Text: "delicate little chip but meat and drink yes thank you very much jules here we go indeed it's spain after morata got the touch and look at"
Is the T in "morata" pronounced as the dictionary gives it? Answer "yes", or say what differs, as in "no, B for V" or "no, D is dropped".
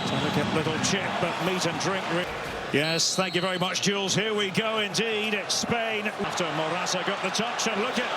no, S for T